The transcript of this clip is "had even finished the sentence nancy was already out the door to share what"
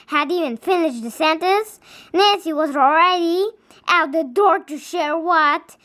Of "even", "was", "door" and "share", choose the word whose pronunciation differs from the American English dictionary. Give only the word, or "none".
none